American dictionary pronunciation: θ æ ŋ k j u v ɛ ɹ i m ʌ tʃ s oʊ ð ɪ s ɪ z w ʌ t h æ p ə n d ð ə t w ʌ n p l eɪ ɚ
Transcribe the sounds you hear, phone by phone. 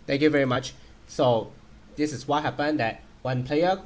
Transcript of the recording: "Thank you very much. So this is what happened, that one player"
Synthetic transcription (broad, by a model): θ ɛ ŋ k j u v ɛ ɹ i m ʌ tʃ s oʊ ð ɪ s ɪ s w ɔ t h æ p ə n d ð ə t w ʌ n p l eɪ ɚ